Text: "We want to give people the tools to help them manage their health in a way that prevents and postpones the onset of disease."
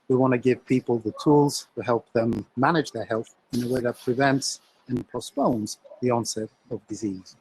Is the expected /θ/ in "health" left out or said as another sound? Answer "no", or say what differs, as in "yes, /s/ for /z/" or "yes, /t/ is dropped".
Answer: no